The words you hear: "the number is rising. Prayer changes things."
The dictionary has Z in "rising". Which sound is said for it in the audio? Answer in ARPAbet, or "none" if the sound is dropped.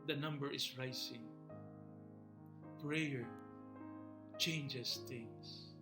S